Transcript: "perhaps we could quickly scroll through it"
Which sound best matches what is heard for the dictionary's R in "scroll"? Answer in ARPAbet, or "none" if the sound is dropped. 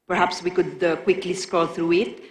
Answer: none